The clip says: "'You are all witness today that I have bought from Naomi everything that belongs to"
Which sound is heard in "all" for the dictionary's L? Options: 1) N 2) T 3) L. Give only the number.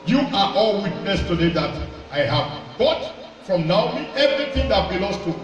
3